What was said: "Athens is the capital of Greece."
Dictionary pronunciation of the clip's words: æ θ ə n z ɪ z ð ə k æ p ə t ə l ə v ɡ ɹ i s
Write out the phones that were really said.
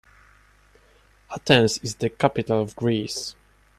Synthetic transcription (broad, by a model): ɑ t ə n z ɪ z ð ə k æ p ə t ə l ə v ɡ ɹ i s